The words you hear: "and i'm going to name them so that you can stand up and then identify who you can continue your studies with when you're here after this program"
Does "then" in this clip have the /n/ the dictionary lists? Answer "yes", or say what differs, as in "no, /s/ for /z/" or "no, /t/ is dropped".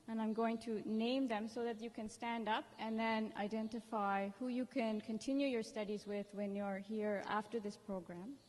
yes